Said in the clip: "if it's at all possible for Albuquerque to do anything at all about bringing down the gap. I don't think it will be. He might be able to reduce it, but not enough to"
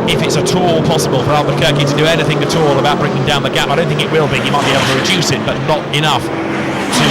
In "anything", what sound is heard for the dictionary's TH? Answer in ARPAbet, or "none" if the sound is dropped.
TH